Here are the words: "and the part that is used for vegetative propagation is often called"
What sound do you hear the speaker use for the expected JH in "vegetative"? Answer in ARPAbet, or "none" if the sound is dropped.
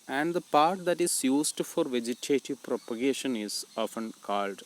JH